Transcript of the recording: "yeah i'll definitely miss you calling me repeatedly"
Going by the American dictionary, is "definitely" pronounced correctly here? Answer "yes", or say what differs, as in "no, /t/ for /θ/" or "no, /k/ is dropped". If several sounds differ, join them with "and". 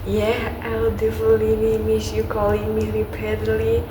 no, /l/ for /n/